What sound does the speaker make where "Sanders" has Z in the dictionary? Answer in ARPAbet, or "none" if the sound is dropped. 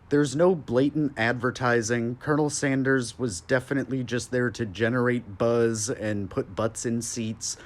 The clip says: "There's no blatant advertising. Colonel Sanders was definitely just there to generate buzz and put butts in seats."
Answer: Z